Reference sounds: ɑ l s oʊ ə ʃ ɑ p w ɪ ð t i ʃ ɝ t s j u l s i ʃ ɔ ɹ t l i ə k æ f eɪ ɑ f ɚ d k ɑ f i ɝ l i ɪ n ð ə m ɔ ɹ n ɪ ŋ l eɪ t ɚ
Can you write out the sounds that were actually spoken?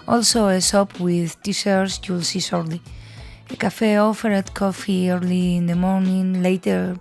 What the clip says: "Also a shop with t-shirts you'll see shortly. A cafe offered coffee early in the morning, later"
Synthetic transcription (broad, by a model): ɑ l s oʊ ə s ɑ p w ɪ ð t i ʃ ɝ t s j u l s i s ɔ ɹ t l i ə k æ f eɪ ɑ f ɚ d k ɑ f i ɝ l i ɪ n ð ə m ɔ ɹ n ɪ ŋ l eɪ t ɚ